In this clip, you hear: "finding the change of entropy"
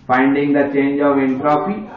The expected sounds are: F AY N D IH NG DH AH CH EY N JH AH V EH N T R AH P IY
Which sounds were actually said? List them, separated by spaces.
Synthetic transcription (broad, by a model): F AY N D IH NG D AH CH EY N JH AH V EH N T R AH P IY